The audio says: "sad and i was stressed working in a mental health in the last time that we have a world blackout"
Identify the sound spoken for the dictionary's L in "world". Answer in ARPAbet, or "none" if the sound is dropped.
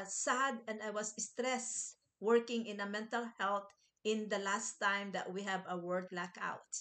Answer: none